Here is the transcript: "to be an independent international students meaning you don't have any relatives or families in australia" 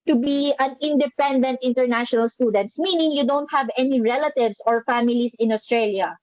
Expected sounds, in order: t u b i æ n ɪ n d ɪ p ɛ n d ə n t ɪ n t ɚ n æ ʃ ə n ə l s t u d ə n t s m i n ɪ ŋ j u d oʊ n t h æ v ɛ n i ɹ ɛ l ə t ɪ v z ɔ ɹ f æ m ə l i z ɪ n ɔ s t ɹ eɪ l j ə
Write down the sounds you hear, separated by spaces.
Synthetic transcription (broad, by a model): t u b i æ n ɪ n d ɪ p ɛ n d ə n t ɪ n t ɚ n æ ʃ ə n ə l s t u d ə n t s m i n ɪ ŋ j u d oʊ n t h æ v ɛ n i ɹ ɛ l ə t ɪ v s ɔ ɹ f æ m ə l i s ɪ n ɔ s t ɹ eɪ l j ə